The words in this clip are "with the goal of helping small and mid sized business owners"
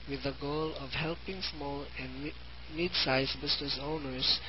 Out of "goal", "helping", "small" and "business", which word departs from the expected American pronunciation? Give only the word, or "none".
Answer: business